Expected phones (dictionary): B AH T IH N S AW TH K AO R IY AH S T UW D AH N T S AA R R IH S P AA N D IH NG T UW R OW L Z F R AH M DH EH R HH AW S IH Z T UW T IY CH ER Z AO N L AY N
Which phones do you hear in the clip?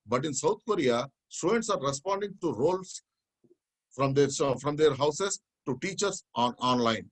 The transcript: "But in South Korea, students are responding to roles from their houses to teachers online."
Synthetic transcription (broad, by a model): B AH T IH N S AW T K AO R IY AH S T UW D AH N T S AA R R IH S P AA N D IH NG T UW R OW L S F R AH M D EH R HH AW S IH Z T UW T IY CH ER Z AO N L AY N